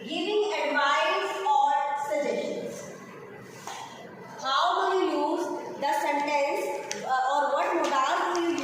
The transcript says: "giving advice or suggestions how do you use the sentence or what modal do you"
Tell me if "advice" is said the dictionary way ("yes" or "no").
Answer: no